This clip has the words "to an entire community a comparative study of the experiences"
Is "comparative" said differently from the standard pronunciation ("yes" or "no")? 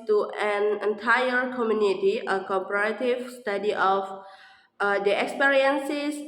yes